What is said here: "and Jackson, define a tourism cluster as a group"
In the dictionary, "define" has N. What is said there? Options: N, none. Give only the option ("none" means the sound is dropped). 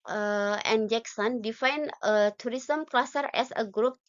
N